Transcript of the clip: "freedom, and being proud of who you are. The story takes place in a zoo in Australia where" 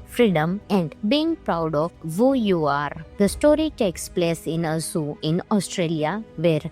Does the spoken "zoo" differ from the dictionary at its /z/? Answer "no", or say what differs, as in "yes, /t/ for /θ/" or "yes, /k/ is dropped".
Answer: yes, /s/ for /z/